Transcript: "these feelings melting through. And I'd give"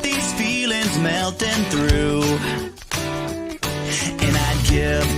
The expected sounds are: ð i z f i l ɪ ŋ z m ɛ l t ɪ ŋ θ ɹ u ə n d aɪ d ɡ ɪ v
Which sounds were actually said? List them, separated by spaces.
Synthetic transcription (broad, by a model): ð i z f i l ɪ ŋ z m ɛ l t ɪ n θ ɹ u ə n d aɪ d ɡ ɪ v